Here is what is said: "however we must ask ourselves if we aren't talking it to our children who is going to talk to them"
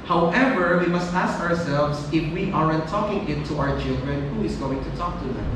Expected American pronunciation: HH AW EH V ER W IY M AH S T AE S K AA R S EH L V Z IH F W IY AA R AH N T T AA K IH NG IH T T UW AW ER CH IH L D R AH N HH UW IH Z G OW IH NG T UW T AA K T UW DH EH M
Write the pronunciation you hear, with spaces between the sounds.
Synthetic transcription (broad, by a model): HH AW EH V ER W IY M AH S T AE S K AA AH S EH L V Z IH F W IY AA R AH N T T AA K IH NG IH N T UW AW ER CH IH L D R AH N HH UW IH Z G OW IH NG T UW T AA K T UW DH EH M